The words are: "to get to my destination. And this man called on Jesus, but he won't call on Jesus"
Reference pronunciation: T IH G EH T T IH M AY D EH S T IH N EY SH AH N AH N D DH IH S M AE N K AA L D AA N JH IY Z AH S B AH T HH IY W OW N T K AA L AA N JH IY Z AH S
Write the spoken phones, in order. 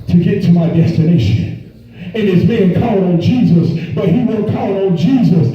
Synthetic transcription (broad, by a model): T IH G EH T T IH M AY D EH S T IH N EY SH AH N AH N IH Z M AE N K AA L AH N JH IY Z AH S B AH T HH IY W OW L K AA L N JH IY Z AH S